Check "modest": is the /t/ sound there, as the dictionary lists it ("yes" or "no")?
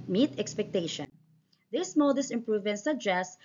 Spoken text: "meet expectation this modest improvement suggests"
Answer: no